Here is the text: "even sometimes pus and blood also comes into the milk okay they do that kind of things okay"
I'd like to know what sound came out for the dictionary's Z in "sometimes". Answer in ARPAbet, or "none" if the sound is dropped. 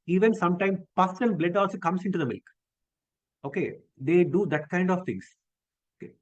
none